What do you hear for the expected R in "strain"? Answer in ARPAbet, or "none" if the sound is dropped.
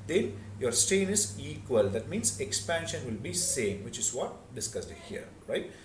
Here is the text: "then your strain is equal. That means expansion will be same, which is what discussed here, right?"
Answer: none